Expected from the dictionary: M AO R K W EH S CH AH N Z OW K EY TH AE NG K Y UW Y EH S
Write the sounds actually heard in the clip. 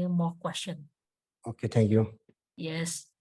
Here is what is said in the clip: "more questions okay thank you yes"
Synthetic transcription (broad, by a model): M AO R K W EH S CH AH N OW K EY T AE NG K Y UW Y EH S